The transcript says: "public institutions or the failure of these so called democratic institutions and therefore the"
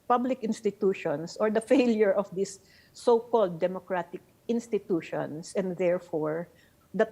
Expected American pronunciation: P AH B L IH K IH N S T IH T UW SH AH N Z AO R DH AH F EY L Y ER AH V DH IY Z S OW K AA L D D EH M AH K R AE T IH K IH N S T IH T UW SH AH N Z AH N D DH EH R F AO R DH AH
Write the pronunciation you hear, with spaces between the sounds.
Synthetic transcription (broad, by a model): P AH B L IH K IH N S T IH T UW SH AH N S AO R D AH F EY L Y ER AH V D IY S OW K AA L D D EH M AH K R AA T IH K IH N S T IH T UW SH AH N S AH N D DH EH R F AO R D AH